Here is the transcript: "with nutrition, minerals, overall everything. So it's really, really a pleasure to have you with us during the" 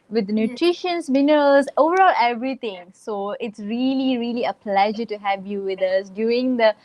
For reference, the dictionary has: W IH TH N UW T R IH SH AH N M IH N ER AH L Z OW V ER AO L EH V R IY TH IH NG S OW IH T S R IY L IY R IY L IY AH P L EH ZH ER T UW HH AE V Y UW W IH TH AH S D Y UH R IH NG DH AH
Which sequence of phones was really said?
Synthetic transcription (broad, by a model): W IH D N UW T R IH SH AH N M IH N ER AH L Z OW V ER AO L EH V R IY T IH NG S OW IH T S R IY L IY R IY L IY AH P L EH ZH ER T UW HH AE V Y UW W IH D AH S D Y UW R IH NG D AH